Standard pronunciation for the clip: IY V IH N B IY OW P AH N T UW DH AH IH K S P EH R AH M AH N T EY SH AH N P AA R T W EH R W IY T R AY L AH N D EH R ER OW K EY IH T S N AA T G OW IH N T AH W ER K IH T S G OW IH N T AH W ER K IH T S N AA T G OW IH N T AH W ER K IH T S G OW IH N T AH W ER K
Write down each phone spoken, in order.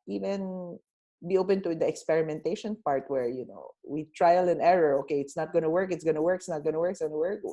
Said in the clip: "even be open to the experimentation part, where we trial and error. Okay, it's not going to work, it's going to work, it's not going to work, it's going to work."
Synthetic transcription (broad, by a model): IY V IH N B IY OW P AH N T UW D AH IH K S P EH R AH M AH N T EY SH AH N P AA R T W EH R W IY T R AY L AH N EH R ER OW K EY IH T S N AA T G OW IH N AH W ER K IH T S G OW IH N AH W ER K IH T S N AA T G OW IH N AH W ER K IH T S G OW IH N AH W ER K